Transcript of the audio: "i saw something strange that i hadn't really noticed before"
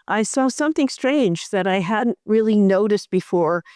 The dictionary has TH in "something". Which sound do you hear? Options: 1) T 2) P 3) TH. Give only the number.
3